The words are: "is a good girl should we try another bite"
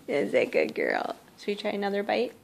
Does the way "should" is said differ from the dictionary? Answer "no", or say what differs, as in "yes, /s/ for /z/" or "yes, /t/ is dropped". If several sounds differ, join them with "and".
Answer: yes, /s/ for /ʃ/